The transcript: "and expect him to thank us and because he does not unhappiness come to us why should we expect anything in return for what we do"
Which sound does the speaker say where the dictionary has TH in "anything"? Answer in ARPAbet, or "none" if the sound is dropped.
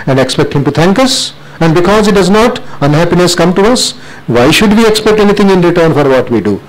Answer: T